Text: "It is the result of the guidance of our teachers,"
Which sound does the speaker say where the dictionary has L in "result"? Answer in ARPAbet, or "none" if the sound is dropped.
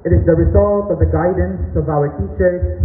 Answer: L